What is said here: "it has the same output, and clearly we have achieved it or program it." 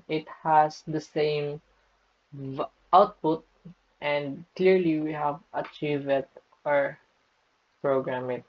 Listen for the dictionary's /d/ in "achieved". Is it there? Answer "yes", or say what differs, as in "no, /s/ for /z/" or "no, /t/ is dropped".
no, /d/ is dropped